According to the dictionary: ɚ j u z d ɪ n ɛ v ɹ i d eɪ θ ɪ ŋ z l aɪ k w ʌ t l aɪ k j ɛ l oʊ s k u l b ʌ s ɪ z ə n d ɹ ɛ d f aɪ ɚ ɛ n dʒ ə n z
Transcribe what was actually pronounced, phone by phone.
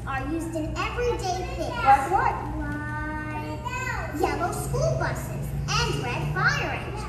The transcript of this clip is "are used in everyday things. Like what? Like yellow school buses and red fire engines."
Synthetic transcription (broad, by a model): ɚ j u z d ɪ n ɛ v ɹ i d eɪ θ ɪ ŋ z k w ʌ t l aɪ j ɛ l oʊ s k u l b ʌ s ɪ z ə n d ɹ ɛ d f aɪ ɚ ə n